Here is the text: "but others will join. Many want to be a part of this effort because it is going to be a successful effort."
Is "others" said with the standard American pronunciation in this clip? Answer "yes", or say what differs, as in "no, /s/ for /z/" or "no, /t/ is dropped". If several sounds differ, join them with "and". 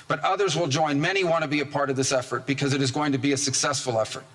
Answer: yes